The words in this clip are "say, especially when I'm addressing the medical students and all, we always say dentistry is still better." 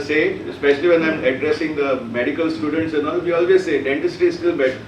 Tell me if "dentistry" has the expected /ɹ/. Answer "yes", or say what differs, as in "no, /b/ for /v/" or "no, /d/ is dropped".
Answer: no, /ɹ/ is dropped